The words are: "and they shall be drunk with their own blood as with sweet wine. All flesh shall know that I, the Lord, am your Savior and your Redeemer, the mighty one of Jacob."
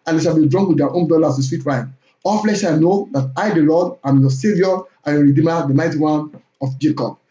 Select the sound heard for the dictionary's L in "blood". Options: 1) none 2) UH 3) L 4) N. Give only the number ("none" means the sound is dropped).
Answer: 1